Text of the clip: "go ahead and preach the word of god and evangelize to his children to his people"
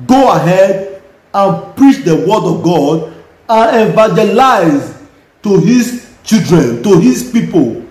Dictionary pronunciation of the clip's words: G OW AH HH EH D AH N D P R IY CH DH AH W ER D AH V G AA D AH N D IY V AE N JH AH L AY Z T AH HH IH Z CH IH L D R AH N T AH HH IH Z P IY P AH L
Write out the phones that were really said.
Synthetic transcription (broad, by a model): G OW AH HH EH D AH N P R IY CH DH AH W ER D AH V G AA D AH N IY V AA JH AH L AY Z T AH HH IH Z CH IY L D R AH N T AH HH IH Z P IY P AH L